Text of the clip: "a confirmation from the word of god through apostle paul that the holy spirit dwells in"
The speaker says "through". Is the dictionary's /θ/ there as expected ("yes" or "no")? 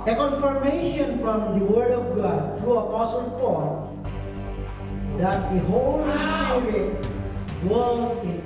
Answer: no